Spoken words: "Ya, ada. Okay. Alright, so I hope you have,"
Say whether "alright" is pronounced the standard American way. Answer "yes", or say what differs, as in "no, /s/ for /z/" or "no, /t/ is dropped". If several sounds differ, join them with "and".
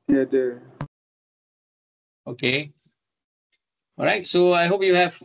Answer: no, /l/ is dropped